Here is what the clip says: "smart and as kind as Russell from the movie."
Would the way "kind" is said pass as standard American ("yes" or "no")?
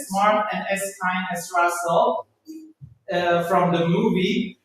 no